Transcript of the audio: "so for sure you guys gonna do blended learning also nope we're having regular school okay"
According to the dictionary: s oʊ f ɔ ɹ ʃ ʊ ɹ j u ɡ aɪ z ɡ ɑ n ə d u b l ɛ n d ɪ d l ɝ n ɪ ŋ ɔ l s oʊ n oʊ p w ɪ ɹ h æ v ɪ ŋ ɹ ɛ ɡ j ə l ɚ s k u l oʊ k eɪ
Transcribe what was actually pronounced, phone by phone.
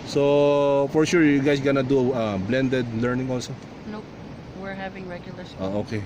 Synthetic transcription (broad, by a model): s oʊ f ɔ ɹ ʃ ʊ ɹ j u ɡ aɪ s ɡ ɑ n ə d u b l ɛ n d ɪ d l ɝ n ɪ ŋ ɔ l s oʊ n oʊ w ɪ ɹ h æ v ɪ ŋ ɹ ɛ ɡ j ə l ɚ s oʊ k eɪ